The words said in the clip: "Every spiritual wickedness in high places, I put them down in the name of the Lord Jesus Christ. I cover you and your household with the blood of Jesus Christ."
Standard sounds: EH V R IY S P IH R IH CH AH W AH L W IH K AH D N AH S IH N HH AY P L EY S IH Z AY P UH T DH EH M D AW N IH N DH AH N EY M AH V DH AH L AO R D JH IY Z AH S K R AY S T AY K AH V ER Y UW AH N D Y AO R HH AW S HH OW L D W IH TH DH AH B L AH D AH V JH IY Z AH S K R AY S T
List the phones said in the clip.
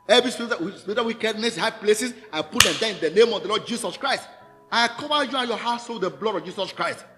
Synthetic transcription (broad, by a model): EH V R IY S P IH W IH S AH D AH W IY K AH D N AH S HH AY P L EY S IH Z AY P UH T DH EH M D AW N IH N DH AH N EY M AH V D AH L AO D JH IY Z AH S K R AY S T AY K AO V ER Y UW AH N Y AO HH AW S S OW D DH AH B L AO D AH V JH IY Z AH S K R AY S T